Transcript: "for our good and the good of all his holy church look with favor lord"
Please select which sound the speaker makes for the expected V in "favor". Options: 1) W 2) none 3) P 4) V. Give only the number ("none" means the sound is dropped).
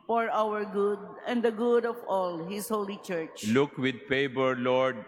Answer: 3